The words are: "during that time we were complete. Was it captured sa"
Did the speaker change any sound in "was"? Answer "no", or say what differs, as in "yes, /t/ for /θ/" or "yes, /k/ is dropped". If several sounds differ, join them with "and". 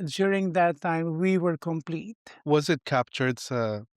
no